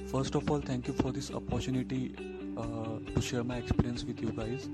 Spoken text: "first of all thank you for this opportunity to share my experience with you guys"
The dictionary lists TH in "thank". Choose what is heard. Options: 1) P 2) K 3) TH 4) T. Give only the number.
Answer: 4